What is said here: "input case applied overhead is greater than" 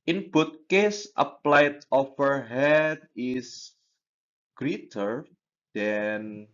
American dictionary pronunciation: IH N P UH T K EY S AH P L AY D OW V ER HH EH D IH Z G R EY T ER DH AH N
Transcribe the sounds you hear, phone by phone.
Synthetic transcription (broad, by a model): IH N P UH T K EY S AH P L AY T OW F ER HH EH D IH S G R EY T ER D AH N